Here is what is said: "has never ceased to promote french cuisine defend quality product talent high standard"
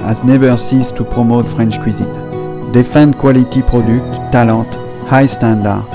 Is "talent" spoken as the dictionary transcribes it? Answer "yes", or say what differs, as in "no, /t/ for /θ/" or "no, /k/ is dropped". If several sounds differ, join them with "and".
no, /n/ is dropped